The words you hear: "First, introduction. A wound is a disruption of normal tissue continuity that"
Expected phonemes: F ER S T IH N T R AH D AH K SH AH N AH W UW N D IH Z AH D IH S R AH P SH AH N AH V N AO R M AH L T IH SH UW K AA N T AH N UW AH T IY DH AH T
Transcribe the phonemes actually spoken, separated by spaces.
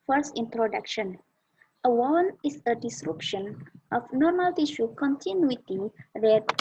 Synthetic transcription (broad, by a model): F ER S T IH N T R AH D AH K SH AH N AH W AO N IH S AH D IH S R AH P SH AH N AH F N AO R M AH L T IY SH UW K AA N T AH N UW AH T IY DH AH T